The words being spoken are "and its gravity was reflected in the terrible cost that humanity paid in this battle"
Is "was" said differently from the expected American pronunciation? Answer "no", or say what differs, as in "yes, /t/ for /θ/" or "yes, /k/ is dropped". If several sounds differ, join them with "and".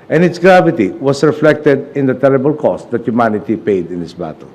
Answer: yes, /s/ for /z/